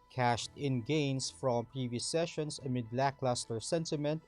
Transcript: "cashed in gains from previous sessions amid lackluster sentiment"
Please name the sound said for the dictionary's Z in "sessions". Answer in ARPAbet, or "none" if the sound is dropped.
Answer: S